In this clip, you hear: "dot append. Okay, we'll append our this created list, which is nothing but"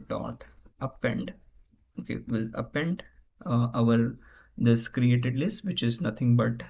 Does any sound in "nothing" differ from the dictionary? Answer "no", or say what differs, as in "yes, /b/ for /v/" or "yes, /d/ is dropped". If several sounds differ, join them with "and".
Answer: yes, /t/ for /θ/